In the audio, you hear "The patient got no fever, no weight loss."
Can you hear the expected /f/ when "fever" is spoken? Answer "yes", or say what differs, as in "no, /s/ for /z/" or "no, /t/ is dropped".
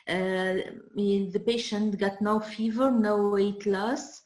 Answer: yes